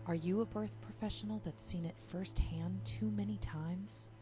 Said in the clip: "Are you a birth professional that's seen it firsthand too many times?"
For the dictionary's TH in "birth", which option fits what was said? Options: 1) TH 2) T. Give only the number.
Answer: 1